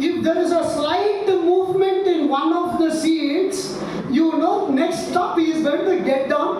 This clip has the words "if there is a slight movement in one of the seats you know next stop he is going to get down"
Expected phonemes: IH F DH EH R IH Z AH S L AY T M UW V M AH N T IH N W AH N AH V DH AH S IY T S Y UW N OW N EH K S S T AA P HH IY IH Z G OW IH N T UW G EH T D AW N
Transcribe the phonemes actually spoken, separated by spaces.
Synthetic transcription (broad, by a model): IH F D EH R IH Z AH S L AY T M UW V M AH N T IH N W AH N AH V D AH S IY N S Y UW N OW N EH K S S T AA P HH IY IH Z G OW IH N T UW G EH T D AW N